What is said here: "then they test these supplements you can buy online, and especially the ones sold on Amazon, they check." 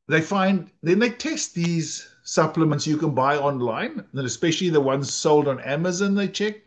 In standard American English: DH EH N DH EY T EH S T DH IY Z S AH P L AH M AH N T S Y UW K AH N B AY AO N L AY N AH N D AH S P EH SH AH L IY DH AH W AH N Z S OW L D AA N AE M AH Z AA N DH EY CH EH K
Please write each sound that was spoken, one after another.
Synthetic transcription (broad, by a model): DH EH N DH EY T EH S T DH IY Z S AH P L AH M AH N T S Y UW K AH N B AY AO N L AY N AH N AH S P EH SH AH L IY DH AH W AH N Z S OW L D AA N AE M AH Z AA N DH EY CH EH K